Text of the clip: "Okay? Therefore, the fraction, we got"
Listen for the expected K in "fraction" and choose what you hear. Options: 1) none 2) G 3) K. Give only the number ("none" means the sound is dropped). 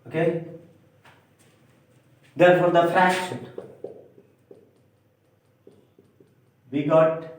1